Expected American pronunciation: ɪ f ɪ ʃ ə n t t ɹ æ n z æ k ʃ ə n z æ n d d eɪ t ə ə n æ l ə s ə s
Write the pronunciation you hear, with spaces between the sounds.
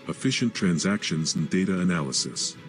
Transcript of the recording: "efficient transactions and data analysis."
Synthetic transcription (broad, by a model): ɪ f ɪ ʃ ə n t t ɹ æ n z æ k ʃ ə n z n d d eɪ t ə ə n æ l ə s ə s